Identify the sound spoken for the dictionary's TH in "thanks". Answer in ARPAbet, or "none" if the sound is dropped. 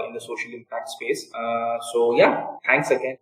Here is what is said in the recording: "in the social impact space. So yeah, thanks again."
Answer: T